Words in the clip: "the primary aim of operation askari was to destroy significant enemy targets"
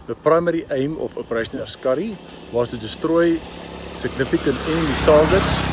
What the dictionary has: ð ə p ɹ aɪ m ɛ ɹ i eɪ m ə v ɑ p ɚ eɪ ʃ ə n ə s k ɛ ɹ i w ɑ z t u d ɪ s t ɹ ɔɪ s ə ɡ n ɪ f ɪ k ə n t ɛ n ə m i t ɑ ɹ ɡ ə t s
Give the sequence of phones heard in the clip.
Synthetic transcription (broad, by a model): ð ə p ɹ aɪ m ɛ ɹ i eɪ m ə f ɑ p ɚ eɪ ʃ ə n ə s k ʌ ɹ i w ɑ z t u d ɪ s t ɹ ɔɪ s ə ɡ n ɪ f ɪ k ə n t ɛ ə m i t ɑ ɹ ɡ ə t s